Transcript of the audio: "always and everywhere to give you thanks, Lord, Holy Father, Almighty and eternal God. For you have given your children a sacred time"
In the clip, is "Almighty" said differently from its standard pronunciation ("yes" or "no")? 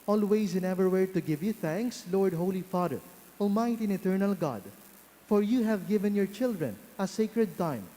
yes